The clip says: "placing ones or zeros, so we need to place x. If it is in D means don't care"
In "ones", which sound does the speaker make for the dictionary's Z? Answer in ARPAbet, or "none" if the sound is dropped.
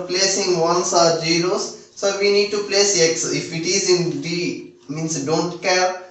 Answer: S